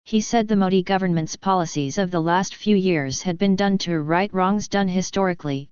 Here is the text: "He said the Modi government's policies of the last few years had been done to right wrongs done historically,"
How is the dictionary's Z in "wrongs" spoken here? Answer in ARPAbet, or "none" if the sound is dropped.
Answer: Z